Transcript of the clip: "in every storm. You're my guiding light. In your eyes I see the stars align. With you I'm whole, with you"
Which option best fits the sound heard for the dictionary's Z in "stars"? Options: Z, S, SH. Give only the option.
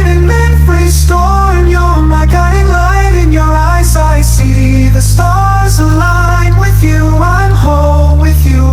Z